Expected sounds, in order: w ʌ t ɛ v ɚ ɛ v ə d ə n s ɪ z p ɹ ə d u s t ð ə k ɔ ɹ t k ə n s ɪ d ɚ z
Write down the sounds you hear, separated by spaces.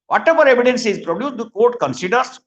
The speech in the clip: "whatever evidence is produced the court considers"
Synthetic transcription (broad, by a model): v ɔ t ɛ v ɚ ɛ v ə d ə n s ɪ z p ɹ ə d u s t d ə k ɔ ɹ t k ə n s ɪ d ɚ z